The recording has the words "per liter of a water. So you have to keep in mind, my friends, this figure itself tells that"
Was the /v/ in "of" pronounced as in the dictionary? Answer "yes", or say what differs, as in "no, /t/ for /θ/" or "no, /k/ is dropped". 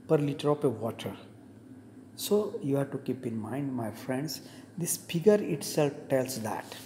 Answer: no, /p/ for /v/